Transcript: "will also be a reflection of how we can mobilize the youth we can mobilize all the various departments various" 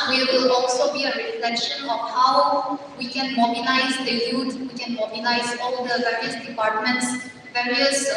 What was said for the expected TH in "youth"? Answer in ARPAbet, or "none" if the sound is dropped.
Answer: T